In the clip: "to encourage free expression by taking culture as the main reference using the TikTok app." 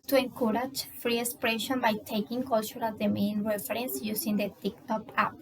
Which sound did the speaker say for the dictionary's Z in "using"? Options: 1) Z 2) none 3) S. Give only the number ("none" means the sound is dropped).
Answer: 3